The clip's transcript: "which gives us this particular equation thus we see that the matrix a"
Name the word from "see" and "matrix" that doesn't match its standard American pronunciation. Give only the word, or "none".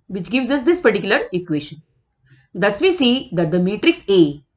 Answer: none